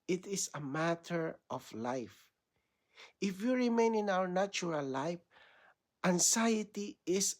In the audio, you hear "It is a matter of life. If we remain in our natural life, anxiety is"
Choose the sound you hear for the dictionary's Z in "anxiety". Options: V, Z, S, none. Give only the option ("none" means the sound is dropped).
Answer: S